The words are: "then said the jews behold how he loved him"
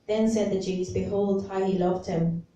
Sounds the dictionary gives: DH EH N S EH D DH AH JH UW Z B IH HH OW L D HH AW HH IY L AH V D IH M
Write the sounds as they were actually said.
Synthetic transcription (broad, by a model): DH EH N S EH D DH AH JH UW Z B IH HH OW L D HH AW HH IY L AH V D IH M